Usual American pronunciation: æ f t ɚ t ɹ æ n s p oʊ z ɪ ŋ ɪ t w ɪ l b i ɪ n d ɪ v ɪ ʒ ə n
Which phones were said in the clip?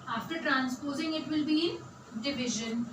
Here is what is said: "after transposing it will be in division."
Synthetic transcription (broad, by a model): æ f t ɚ t ɹ æ n s p oʊ z ɪ ŋ ɪ t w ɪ l b i d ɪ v ɪ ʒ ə n